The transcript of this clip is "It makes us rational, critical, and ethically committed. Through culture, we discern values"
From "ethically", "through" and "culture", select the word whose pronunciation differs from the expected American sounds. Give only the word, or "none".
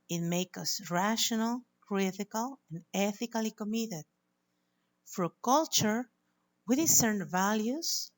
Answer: through